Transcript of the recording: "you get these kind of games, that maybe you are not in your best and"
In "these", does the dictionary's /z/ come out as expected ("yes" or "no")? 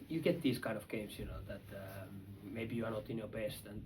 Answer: no